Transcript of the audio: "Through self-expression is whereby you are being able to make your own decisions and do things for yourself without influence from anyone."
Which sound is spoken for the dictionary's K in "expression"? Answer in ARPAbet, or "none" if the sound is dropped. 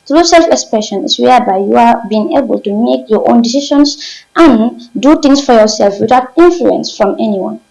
K